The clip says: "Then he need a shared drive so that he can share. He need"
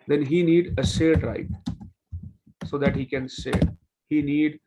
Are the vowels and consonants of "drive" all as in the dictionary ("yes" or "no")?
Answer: no